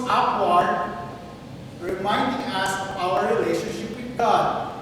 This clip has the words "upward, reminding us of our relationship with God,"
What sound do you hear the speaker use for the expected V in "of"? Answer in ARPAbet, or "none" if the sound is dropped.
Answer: W